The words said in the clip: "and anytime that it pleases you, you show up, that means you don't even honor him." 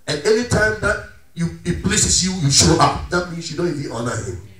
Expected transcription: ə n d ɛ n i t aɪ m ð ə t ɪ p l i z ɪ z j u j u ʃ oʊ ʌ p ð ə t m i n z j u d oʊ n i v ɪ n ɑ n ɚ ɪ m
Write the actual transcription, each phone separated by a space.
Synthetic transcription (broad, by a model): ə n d ɛ n i t aɪ m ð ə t ɪ p l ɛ s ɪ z j u j u ʃ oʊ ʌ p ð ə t m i n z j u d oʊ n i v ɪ ɑ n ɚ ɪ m